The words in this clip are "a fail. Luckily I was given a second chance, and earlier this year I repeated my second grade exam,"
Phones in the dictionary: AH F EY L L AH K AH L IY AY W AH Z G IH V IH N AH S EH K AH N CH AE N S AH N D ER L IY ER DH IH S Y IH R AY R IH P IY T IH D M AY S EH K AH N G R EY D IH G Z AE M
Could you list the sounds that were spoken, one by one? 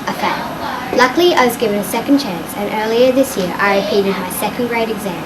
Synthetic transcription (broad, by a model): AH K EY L L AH K L IY AY W AH Z G IH V IH N AH S EH K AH N CH AE N S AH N ER L IY ER DH IH S Y IH R AY R IH P IY T IH D M AY S EH K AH N G R EY D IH G Z AE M